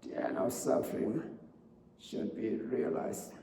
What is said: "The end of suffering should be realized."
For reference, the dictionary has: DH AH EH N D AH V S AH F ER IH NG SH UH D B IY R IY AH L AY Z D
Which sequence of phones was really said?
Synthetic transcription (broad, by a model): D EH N AH S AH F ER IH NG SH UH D B IY R IY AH L AY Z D